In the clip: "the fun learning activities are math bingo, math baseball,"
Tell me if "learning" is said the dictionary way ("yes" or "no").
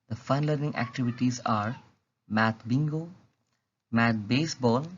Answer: yes